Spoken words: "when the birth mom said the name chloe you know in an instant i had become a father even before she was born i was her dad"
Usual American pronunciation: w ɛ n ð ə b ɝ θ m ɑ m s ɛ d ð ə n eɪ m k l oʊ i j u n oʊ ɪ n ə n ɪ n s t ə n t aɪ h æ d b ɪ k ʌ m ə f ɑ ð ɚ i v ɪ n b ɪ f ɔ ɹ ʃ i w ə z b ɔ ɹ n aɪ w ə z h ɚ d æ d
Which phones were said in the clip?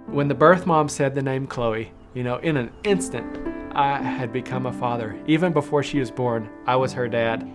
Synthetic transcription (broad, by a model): w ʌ n ð ə b ɝ θ m ɑ m s ɛ d ð ə n eɪ m k l oʊ i j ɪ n oʊ ɪ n ə n ɪ n s t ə n t aɪ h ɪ d b ɪ k ʌ m ə f ɑ ð ɚ i v ɪ n b ɪ f ɔ ɹ ʃ i w ə z b ɔ ɹ n aɪ w ə z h ɚ d æ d